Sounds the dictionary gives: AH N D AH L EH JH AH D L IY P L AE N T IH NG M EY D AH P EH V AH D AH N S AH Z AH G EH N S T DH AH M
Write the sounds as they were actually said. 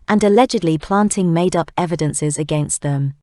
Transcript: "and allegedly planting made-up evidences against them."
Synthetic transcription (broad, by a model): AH N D AH L EH JH AH D L IY P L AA N T IH NG M EY D AH P EH V AH D AH N S AH Z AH G EH N S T DH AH M